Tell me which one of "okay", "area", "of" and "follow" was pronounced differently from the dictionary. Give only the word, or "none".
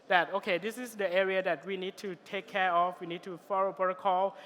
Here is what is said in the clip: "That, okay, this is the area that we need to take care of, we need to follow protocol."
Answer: of